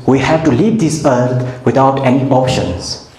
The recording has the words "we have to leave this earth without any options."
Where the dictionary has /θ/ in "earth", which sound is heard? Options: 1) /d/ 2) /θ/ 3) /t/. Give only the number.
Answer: 3